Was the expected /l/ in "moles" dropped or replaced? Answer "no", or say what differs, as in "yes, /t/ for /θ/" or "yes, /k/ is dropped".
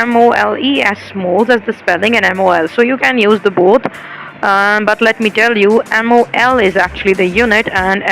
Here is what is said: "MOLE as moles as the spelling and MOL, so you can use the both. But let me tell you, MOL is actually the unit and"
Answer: no